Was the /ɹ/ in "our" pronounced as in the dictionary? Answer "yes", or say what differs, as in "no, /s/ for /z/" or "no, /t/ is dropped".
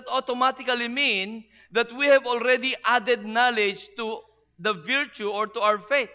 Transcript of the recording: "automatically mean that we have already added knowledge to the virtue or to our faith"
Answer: no, /w/ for /ɹ/